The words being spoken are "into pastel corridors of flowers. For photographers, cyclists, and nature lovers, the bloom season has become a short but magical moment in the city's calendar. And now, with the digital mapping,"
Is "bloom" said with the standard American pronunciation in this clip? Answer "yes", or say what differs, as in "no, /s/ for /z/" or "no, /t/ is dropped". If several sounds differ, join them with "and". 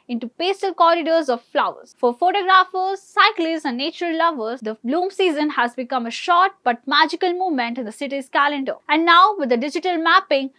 yes